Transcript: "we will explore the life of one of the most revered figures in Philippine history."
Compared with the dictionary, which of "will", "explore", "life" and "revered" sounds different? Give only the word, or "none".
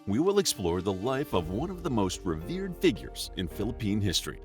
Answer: none